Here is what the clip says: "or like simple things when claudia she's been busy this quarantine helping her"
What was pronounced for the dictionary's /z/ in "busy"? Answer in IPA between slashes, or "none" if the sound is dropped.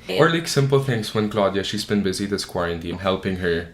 /z/